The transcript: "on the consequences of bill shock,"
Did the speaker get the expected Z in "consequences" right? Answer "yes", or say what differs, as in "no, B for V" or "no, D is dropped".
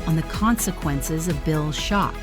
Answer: yes